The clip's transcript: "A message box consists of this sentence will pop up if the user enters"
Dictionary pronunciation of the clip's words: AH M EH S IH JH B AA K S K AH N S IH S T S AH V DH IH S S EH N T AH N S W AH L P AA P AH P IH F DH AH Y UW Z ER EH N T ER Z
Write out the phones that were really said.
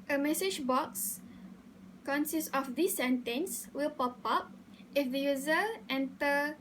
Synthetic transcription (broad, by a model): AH M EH S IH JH B AA K S K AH N S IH S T AH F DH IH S S EH N T AH N S W AH L P AA P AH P IH F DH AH Y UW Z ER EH N T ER